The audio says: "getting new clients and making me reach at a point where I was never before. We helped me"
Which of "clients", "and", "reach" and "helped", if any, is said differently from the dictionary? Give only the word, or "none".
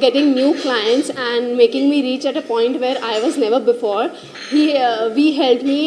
helped